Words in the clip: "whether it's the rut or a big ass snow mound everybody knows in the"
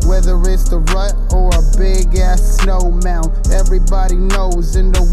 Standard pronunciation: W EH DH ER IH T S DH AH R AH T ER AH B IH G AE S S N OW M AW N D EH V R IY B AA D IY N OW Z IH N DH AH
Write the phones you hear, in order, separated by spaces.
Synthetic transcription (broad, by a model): W EH DH ER IH T S DH AH R AH T ER AH B IH G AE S S N OW M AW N EH V R IY B AA D IY N OW Z IH N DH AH